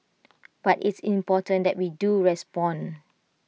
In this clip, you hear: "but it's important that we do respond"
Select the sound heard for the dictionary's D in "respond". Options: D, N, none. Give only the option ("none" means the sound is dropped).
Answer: none